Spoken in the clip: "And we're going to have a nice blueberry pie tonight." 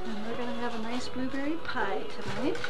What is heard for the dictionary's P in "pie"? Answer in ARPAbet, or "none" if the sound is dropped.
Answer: P